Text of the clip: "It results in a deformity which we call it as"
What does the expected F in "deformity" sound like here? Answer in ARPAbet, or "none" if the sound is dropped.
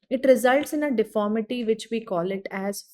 F